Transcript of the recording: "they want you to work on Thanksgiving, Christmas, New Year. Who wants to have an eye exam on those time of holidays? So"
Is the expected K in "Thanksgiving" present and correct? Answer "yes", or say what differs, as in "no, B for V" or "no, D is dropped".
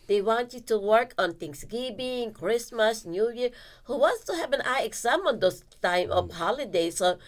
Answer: no, K is dropped